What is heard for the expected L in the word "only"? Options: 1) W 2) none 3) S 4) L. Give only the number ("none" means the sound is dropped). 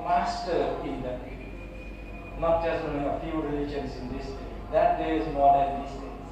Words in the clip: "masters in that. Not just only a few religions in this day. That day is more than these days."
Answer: 2